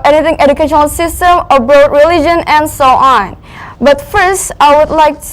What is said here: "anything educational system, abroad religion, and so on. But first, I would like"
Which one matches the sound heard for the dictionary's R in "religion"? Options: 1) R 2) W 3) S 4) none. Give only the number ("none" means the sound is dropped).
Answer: 1